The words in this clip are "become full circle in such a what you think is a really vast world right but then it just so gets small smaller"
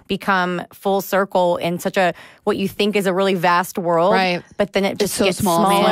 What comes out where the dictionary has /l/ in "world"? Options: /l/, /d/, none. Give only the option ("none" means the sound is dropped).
/l/